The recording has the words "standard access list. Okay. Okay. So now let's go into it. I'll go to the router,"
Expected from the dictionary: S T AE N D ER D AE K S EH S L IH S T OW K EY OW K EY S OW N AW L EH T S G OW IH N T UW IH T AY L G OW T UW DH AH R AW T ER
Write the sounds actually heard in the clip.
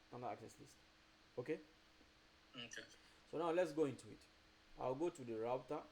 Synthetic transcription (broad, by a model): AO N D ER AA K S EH S L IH S T OW K EY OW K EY S OW N AW L EH T S G OW IH N T UW IH T AY W G OW T UW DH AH R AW T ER